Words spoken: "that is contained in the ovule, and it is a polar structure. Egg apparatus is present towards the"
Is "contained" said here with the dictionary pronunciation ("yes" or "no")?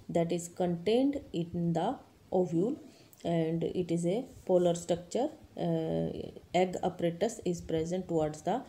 yes